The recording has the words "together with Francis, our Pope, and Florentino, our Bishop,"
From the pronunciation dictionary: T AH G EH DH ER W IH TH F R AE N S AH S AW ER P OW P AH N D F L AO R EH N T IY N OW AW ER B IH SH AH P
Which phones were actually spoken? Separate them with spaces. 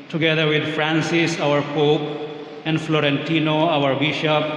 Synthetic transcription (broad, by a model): T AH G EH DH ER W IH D F R AE N S AH S AW ER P OW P AH N D F L AO R EH N T IY N OW AW ER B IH SH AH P